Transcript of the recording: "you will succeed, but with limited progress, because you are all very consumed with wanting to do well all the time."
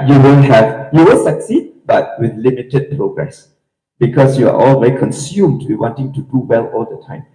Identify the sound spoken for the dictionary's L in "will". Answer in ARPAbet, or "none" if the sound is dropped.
N